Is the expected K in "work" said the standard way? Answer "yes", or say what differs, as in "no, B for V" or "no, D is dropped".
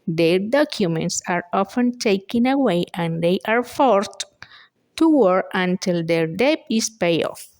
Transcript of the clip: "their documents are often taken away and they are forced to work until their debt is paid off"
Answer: no, K is dropped